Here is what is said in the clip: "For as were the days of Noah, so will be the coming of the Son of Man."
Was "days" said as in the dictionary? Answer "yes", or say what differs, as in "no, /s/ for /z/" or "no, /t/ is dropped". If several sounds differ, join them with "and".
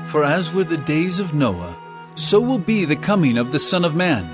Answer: yes